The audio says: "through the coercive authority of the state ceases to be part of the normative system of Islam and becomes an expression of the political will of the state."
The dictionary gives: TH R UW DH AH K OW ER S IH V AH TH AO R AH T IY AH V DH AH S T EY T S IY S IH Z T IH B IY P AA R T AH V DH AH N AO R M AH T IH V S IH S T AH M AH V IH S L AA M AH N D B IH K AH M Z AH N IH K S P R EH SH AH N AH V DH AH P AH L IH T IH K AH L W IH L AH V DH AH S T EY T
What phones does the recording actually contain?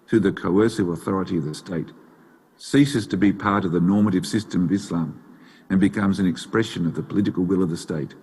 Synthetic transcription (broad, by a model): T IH DH AH K OW ER S IH V AH TH AO R AH T IY AH V DH AH S T EY T S IY S IH Z T IH B IY P AA R T AH V DH AH N AO R M AH T IH V S IH S T AH M AH V IH S L AA M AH N B IH K AH M Z AH N IH K S P R EH SH AH N AH V DH AH P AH L IH T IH K L W IH L AH V DH AH S T EY T